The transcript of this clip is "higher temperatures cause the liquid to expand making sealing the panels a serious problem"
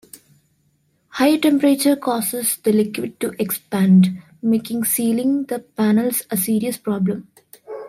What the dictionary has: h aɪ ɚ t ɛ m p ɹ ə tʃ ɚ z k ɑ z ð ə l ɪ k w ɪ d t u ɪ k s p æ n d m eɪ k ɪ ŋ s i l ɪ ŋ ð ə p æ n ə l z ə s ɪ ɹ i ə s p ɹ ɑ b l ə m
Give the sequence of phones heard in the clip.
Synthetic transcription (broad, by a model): h aɪ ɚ t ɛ m p ɹ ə tʃ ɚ k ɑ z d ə l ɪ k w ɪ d t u ɪ k s p æ n d m eɪ k ɪ ŋ s i l ɪ ŋ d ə p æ n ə l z ə s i ɹ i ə s p ɹ ɑ b l ə m